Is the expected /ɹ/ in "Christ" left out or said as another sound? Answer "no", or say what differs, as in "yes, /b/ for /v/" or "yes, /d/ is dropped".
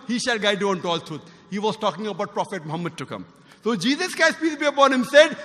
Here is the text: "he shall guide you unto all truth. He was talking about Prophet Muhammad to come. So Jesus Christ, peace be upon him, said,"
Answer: yes, /ɹ/ is dropped